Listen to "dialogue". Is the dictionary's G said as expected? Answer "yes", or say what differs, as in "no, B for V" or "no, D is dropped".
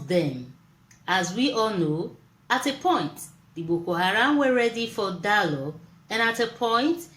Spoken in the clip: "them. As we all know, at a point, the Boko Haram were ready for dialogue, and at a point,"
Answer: no, G is dropped